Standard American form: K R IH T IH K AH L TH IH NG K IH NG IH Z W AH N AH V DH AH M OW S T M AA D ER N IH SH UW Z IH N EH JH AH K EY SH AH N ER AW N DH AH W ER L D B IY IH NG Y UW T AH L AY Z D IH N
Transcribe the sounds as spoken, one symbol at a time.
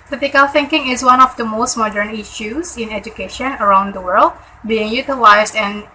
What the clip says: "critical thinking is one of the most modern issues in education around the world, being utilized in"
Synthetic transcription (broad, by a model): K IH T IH K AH L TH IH NG K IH NG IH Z W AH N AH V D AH M OW S T M AA D ER N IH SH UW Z IH N EH JH AH K EY SH AH N ER AW N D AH W ER L D B IY IH NG Y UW T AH L AY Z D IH N